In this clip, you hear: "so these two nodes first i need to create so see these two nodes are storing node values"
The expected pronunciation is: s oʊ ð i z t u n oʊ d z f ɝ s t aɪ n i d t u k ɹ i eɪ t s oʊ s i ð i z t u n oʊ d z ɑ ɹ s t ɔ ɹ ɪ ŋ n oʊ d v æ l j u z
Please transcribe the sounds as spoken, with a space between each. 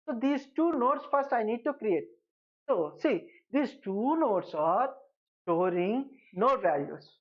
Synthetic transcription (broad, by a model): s oʊ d i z t u n oʊ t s f ɝ s t aɪ n i d t u k ɹ i eɪ t s oʊ s i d i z t u n oʊ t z ɑ ɹ s t ɔ ɹ ɪ ŋ n oʊ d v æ l j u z